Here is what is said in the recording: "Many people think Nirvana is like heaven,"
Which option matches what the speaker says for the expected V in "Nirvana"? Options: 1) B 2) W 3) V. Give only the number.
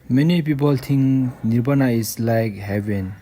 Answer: 1